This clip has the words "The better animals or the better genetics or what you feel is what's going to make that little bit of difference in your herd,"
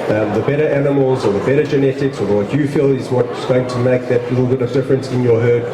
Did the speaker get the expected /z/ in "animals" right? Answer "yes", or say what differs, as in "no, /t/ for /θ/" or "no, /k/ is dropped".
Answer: yes